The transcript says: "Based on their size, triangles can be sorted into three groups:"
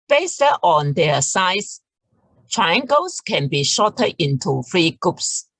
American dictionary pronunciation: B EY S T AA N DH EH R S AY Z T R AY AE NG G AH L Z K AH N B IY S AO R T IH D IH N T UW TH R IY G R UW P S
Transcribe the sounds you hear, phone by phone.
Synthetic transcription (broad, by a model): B EY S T AA N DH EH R S AY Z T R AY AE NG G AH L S K AH N B IY SH AO T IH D IH N T UW F R IY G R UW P S